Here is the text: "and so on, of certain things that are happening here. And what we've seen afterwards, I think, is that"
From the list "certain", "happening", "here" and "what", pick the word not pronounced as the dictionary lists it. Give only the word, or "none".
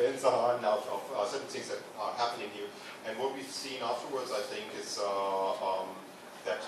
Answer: certain